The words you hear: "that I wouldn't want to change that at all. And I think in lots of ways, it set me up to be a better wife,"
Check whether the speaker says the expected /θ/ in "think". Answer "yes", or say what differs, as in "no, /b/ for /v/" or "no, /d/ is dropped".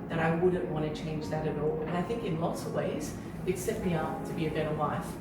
yes